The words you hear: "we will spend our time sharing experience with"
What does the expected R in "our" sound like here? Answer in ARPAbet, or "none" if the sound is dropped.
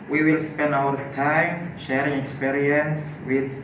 W